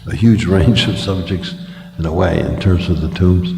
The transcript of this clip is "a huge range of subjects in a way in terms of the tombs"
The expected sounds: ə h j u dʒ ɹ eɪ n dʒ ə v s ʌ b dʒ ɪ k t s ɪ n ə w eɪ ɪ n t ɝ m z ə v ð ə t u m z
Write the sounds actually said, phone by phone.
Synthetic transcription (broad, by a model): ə h j u dʒ ɹ eɪ n dʒ ə v s ʌ b dʒ ɪ k t s ɪ n ə w eɪ ɪ n t ɝ m z ə v ð ə t u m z